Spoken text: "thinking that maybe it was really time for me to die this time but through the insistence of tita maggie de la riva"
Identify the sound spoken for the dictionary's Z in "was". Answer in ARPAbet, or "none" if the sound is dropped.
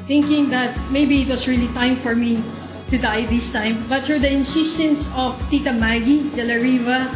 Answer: S